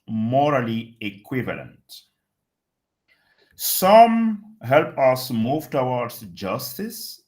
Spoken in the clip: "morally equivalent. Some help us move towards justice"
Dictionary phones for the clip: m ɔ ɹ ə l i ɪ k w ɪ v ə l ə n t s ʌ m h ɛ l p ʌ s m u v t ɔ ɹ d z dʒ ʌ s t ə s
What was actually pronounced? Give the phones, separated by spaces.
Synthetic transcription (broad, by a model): m ɔ ɹ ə l i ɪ k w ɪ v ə l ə n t s ʌ m h ɛ l p ʌ s m u v t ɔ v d s dʒ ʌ s t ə s